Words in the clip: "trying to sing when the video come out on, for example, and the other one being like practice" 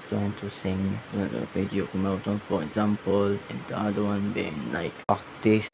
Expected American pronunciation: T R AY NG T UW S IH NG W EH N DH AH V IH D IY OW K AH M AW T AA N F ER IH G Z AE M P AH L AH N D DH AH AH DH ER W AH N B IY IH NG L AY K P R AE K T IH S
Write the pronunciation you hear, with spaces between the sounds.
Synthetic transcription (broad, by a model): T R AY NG T UW S IH NG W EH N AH P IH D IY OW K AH M AW T AA N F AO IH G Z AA M P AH L AH N D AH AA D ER W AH N B IY IH NG L AY K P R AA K T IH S